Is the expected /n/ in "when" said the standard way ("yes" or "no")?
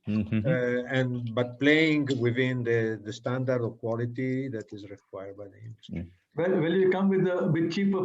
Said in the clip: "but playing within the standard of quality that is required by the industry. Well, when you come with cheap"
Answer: no